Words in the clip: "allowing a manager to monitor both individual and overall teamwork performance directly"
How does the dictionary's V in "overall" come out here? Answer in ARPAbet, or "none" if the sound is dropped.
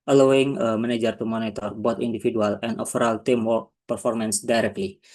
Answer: F